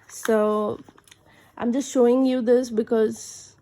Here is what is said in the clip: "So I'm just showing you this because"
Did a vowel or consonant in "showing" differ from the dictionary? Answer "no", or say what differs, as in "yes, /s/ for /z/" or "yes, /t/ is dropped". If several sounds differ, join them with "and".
no